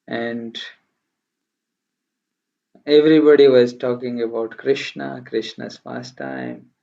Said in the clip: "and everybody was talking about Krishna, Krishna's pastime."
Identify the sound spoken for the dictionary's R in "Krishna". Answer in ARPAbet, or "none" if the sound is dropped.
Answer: R